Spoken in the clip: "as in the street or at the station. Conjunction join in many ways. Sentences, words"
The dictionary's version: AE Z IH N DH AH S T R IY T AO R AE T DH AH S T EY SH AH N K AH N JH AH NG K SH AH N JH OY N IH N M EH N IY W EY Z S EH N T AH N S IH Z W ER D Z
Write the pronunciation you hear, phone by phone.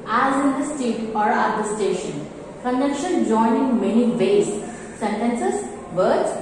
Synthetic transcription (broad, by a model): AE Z IH N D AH S T IY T AO R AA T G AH S T EY SH AH N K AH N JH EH K SH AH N JH OY N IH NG M EH N IY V EY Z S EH N T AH N S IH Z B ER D